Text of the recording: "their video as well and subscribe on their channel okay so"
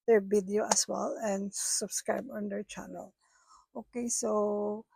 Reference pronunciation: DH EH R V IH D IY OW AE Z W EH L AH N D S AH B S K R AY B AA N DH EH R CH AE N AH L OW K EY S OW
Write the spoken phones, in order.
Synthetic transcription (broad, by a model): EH R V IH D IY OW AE S W EH L AH N D S AH B S K R AY B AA N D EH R CH AE N AH L OW K EY S OW